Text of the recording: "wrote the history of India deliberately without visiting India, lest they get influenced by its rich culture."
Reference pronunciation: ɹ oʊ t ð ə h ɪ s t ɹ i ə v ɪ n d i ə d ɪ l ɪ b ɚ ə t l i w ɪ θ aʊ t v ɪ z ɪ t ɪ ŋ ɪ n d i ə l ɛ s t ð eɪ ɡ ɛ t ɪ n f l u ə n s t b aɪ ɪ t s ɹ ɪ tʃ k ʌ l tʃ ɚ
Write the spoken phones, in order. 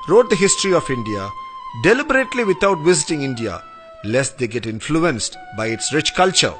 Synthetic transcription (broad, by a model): ɹ oʊ t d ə h ɪ s t ɹ i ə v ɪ n d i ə d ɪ l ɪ b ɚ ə t l i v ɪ t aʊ t v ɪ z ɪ t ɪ ŋ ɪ n d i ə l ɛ s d eɪ ɡ ɛ t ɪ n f l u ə n s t b aɪ ɪ t s ɹ ɪ tʃ k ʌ l tʃ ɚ